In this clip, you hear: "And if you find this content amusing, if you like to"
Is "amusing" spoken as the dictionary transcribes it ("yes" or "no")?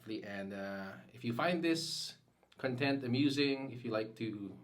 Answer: yes